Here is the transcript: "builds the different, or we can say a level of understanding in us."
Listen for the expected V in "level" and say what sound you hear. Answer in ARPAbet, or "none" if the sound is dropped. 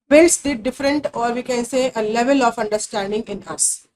V